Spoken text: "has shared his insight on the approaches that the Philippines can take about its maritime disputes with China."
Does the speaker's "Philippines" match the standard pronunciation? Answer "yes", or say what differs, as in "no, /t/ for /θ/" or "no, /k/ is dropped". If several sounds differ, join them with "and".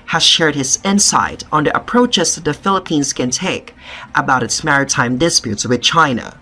yes